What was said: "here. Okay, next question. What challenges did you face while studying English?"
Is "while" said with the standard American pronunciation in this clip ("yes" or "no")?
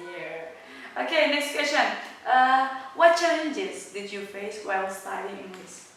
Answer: no